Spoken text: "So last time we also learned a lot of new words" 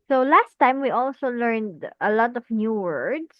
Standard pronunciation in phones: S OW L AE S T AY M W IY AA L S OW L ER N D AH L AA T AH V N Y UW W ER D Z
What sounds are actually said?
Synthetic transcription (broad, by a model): S OW L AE S T AY M W IY AA L S OW L ER N D AH L AA T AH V N Y UW W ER D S